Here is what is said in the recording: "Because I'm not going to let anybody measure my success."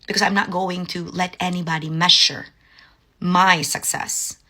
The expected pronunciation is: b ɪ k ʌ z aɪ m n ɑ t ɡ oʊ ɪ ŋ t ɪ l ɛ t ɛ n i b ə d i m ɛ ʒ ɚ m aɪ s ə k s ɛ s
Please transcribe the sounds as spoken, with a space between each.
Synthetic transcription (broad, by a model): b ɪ k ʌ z aɪ m n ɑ t ɡ oʊ ɪ ŋ t ɪ l ɛ t ɛ n i b ə d i m ɛ ʃ ɚ m aɪ s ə k s ɛ s